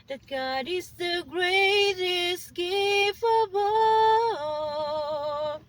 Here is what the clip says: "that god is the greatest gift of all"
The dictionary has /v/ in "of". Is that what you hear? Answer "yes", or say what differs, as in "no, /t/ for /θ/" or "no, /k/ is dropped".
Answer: no, /b/ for /v/